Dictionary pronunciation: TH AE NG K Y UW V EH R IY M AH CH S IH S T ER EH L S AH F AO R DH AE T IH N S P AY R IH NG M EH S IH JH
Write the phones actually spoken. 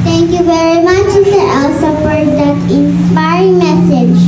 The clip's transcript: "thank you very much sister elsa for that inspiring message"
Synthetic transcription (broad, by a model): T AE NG K Y UW V EH R IY M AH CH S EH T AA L S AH P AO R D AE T IH N S P AY R IH NG M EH S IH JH